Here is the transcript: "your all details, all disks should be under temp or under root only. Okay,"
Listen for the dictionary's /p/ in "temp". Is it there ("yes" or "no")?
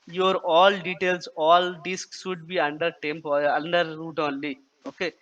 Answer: yes